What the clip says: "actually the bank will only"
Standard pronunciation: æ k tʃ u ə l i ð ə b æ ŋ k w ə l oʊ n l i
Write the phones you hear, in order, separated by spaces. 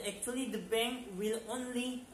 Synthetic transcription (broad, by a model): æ k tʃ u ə l i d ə b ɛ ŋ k w ə l oʊ n l i